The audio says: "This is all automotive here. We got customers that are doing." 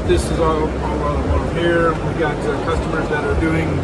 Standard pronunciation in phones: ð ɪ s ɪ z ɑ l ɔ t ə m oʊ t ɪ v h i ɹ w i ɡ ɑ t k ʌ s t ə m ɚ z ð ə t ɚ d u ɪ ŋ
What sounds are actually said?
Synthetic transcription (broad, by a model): ð ɪ s ɪ z ɑ l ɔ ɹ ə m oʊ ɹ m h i ɹ w i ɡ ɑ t k ʌ s t ə m ɚ z ð ə t ɚ d u ɪ ŋ